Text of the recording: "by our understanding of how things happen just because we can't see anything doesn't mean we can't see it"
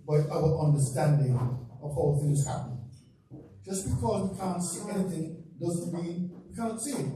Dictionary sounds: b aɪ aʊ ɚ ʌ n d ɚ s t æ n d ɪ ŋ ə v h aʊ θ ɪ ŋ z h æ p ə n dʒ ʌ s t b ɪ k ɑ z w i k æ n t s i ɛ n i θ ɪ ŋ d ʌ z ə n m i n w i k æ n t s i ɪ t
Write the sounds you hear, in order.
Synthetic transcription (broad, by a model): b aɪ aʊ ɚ ʌ n d ɚ s t æ n d ɪ ŋ ə v h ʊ θ ɪ ŋ z h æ p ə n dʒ ʌ s b ɪ k ɑ z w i k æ n t s i ɛ n i θ ɪ ŋ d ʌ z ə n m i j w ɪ k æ n t s i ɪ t